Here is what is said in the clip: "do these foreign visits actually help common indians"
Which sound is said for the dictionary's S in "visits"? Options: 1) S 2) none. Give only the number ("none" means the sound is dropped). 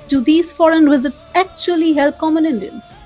1